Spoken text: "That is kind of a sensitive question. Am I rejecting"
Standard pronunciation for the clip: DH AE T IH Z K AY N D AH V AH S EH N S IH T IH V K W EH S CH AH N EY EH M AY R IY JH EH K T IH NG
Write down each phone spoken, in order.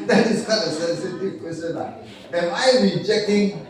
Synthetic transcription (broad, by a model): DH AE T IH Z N AH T AH S EH N S IH T IH V K W EH S CH AH N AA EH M AY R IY JH EH K T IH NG